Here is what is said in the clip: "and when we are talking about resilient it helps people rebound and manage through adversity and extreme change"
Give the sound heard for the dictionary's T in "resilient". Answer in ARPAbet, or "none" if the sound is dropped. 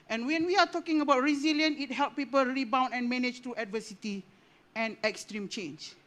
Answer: none